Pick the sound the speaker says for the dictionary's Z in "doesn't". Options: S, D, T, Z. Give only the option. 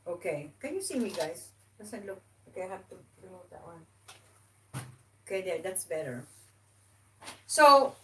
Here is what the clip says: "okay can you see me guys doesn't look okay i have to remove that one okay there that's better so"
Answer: S